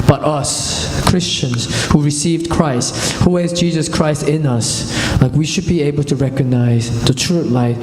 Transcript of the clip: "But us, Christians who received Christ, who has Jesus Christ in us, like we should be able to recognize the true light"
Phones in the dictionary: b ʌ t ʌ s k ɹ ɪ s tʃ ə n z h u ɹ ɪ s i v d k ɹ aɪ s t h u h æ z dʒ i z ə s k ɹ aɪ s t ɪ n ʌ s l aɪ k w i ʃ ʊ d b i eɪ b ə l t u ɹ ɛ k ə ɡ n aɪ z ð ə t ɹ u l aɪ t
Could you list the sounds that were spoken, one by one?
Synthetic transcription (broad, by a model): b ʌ t ʌ s k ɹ ɪ s tʃ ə n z h u ɹ ɪ s i v d k ɹ aɪ s t h u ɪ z dʒ i z ə s k ɹ aɪ s t ɪ n ʌ s l aɪ k w i ʃ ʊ d b i eɪ b ə l t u ɹ ɛ k ə ɡ n aɪ z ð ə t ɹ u l aɪ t